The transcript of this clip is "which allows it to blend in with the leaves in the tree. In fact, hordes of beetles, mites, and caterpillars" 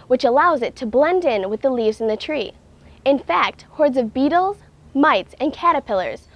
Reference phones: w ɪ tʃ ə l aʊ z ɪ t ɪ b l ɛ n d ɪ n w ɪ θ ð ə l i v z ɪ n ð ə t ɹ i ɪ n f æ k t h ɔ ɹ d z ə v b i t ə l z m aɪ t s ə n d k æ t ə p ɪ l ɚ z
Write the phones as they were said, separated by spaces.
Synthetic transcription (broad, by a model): w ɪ tʃ ə l aʊ z ɪ t ɪ b l ɛ n d ɪ n w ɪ ð ə l i v z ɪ n ð ə t ɹ i ɪ n f æ k t h ɔ ɹ d z ə v b i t l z m aɪ t s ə n k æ t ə p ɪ l ɚ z